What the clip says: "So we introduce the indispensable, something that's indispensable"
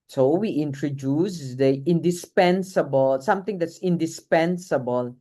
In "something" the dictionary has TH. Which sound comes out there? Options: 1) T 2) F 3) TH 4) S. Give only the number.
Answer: 1